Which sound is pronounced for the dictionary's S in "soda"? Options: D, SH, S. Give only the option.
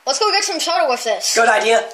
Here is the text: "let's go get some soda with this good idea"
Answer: SH